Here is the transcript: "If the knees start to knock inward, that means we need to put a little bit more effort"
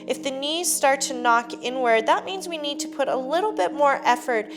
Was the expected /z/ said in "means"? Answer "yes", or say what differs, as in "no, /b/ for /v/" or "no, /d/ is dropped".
yes